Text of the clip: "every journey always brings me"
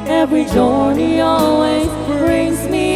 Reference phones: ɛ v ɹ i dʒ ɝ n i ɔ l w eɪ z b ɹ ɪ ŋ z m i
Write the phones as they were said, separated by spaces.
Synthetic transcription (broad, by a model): ɛ v ɹ i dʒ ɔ n i ɔ l w eɪ z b ɹ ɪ ŋ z m i